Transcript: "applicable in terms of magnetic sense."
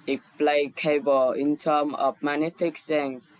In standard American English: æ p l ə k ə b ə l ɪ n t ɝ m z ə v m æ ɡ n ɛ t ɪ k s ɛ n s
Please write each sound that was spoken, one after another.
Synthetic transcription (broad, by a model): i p l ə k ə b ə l ɪ n t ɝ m ə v m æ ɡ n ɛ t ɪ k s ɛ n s